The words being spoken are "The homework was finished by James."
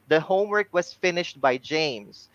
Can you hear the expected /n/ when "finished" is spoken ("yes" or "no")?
yes